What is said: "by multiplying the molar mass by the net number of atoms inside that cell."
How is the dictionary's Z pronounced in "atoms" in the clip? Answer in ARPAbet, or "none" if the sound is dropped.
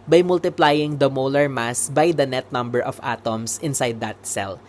S